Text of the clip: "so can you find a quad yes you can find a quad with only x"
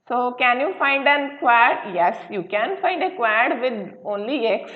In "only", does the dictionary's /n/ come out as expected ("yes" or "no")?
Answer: yes